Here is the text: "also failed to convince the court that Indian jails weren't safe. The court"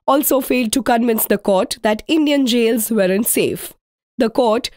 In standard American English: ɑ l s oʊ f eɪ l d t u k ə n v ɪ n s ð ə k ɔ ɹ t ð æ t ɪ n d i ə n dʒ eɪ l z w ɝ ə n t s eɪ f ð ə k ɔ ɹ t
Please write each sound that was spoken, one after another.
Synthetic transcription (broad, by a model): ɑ l s oʊ f eɪ l d t u k ə n v ɪ n s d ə k ɔ ɹ t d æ t ɪ n d i ə n dʒ eɪ l z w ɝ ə n s eɪ f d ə k ɔ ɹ t